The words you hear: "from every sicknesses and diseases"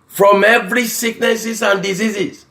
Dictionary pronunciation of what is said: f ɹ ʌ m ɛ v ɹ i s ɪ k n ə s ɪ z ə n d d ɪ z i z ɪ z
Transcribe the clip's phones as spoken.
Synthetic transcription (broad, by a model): f ɹ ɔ m ɛ v ɹ i s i k n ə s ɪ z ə n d d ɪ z i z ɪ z